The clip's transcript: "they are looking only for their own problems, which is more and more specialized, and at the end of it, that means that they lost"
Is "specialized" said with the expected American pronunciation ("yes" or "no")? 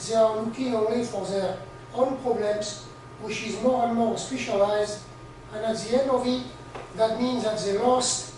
yes